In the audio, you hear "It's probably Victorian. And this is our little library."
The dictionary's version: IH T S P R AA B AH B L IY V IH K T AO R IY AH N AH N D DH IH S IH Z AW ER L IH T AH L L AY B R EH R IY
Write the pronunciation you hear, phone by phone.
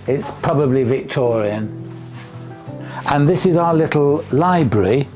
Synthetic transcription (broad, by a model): IH T S P R AA B AH B L IY V IH K T AO R IY AH N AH N DH IH S IH Z AW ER L IH T L L AY B R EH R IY